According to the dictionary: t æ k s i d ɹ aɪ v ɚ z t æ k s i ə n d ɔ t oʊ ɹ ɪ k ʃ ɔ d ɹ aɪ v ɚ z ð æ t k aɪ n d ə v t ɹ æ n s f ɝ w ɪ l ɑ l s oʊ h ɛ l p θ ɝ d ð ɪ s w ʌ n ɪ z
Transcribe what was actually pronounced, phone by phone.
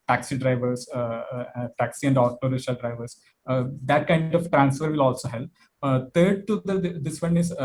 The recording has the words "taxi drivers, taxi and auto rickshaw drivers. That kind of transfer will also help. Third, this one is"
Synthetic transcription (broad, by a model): t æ k s i d ɹ aɪ v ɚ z t æ k s i ə n d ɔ t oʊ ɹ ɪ ʃ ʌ d ɹ aɪ v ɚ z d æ t k aɪ n d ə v t ɹ æ n s f ɝ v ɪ l ɑ l s oʊ h ɛ l p t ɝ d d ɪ s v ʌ n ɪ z